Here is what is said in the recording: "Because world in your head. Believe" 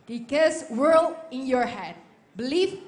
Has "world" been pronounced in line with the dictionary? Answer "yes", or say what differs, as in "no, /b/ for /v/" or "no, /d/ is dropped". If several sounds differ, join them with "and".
no, /d/ is dropped